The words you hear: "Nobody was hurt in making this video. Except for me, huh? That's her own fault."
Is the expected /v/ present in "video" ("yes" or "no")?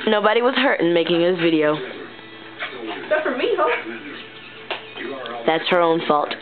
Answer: yes